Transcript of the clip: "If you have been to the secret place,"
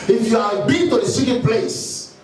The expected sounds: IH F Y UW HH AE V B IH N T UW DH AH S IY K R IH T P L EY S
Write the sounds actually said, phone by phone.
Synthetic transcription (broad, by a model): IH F Y UW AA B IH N T UW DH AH S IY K IH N P L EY S